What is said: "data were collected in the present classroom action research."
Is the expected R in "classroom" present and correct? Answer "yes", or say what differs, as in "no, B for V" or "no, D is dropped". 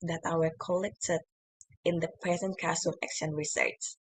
no, R is dropped